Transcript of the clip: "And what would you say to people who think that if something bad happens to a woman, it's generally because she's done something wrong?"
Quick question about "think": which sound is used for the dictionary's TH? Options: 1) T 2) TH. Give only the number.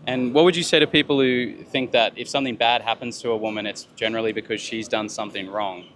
2